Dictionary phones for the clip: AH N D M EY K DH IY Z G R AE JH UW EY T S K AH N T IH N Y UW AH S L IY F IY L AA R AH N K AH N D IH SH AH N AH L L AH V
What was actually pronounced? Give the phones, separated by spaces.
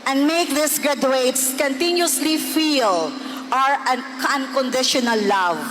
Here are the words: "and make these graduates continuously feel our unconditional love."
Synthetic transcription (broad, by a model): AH N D M EY K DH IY S G R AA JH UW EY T S K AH N T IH N Y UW S L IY F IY L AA R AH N K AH N D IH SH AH N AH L L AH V